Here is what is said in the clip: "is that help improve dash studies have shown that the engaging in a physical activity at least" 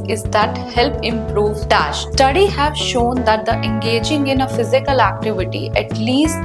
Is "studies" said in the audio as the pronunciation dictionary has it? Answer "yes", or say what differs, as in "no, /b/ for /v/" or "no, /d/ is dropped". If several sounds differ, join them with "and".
no, /z/ is dropped